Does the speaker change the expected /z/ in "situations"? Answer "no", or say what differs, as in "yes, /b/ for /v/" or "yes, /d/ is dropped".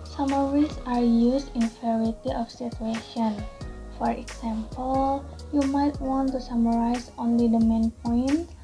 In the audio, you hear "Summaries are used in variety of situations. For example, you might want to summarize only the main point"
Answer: yes, /z/ is dropped